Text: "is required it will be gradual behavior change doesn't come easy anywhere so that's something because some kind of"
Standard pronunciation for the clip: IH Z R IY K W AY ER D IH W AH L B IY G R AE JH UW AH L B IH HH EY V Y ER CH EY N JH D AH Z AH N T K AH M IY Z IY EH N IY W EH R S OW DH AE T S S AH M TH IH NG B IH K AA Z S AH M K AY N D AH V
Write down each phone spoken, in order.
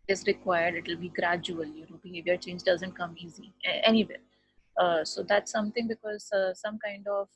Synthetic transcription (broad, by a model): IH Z R IY K W AY ER D IH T L B IY G R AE JH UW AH L B IH HH EY V Y ER CH EY N JH D AH Z AH N T K AH M IY Z IY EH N IY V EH R S OW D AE T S S AH M T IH NG B IH K AA Z S AH M K AY N D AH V